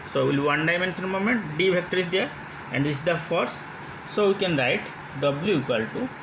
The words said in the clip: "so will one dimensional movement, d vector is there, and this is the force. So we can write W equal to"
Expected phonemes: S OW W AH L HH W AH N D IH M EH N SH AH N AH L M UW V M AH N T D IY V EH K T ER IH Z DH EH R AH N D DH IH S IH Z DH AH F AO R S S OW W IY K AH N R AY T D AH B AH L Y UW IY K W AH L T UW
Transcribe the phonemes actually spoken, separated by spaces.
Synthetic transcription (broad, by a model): S OW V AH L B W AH N D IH M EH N S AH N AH M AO M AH N T D IY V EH K T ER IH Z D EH R AH N D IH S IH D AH F AO R S S OW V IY K AH N R AY T D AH B L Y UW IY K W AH L T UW